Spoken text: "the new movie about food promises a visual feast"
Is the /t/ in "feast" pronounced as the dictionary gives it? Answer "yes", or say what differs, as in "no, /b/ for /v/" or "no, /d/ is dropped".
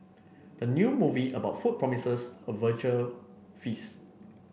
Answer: no, /t/ is dropped